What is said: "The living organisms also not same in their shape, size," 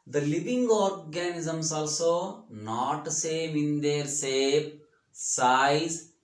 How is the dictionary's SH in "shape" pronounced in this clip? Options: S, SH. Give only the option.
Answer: S